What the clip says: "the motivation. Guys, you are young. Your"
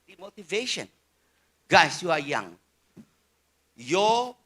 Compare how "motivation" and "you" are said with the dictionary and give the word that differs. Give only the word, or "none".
none